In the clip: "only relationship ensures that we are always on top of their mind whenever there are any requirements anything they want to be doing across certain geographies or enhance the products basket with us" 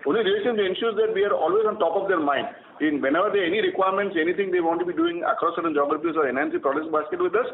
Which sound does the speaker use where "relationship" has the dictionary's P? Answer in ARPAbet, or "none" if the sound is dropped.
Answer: none